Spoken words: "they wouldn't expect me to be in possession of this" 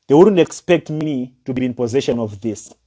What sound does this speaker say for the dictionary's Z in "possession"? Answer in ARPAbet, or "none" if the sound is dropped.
Z